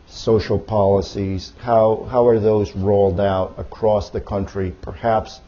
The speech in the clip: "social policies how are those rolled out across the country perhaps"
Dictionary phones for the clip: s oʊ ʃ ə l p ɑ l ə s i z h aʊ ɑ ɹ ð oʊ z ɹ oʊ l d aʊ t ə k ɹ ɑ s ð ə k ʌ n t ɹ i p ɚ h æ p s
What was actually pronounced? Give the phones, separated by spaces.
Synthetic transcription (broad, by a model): s oʊ ʃ l p ɑ l ə s i z h aʊ ɑ ɹ ð oʊ z ɹ oʊ l d aʊ t ə k ɹ ɑ s ð ə k ʌ n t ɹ i p ɚ h æ p s